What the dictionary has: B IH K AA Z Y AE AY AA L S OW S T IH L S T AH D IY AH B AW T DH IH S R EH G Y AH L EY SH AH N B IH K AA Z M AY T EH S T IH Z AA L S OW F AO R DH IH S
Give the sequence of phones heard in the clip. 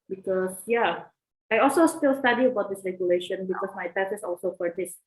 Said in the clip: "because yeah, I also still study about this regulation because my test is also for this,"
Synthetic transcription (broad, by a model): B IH K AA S Y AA AY AA L S OW S T IH L S T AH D IY AH B AW T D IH S R EH G Y AH L EY SH AH N B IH K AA S M AY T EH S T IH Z AA L S OW F AO R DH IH S